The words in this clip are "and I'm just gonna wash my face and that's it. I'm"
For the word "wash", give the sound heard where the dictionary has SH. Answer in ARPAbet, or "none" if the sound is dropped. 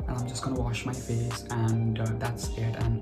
SH